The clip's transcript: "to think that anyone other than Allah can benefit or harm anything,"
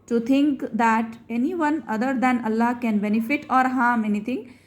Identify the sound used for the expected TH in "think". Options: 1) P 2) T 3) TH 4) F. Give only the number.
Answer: 2